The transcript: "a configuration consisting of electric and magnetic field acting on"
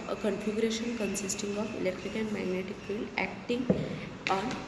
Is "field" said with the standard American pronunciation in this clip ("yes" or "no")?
no